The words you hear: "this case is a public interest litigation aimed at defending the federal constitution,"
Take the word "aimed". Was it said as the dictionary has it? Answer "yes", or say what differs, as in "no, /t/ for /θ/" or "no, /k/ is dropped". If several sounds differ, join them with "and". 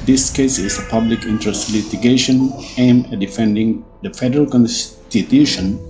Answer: no, /d/ is dropped